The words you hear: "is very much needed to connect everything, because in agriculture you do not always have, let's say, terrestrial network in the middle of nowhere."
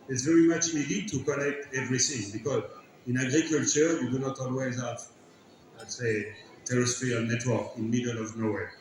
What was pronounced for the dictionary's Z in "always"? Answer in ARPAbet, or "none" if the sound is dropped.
Z